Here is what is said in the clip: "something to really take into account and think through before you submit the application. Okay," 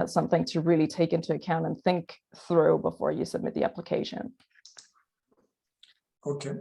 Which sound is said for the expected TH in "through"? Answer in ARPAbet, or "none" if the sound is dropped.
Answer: TH